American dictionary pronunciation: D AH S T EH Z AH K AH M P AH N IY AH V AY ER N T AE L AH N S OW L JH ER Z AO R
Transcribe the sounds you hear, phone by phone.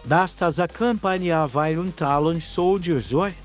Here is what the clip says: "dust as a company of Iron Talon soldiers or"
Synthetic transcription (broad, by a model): D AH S T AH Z AH K AH M P AH N IY AH V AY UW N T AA L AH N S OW W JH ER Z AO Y